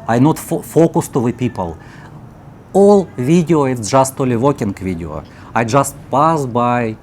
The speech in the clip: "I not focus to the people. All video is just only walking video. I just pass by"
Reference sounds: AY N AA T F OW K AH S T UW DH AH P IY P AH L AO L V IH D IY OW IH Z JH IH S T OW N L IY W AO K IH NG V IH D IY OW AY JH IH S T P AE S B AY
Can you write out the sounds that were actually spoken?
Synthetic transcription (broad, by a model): AY N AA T F OW K AH S T UW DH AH P IY P AH L AO L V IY D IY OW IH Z JH IH S T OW L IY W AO K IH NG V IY D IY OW AY JH IH S T P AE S B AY